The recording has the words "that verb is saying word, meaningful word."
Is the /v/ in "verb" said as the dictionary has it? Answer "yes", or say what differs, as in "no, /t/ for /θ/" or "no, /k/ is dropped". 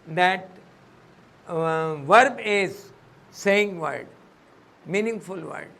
yes